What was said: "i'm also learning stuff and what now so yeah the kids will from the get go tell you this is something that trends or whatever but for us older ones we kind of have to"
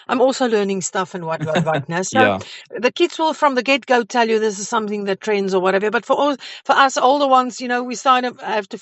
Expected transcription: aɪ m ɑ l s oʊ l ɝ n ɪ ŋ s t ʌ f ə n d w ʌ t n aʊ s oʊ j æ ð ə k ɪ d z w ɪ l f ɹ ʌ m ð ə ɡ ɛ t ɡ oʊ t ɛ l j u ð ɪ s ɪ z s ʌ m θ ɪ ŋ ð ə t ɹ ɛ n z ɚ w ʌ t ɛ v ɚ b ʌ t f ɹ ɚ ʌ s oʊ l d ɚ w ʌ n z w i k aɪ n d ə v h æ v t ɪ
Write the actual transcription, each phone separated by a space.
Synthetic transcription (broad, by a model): aɪ m ɑ l s oʊ l ɝ n ɪ ŋ s t ʌ f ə n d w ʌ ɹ n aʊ s oʊ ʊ ð ə k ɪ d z w ɪ l f ɹ ʌ m ð ə ɡ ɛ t ɡ oʊ t ɛ l j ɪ ð ɪ s ɪ z s ʌ m θ ɪ ŋ ð ə t ɹ ɛ n z ɚ w ʌ t ɛ v ɚ b ʌ t f ɹ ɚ ʌ s oʊ l d ɚ w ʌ n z w i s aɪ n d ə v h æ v t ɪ